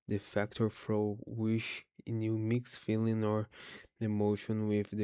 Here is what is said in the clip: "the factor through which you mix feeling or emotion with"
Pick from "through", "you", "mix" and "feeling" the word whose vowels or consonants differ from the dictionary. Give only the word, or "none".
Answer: through